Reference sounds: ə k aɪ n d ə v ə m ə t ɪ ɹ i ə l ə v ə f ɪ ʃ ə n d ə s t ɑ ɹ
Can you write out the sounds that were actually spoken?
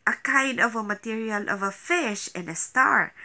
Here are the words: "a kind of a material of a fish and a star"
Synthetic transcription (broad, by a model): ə k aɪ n ə v ə m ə t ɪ ɹ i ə l ə v ə f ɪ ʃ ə n ə s t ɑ ɹ